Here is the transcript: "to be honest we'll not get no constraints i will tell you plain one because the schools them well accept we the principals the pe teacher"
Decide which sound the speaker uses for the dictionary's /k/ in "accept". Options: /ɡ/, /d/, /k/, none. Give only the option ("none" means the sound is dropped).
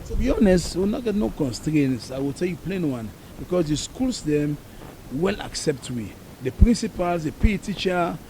/k/